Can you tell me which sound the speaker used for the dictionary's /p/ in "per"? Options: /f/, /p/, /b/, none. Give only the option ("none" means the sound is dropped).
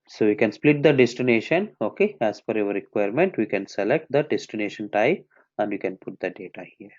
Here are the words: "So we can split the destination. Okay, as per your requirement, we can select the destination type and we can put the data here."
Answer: /f/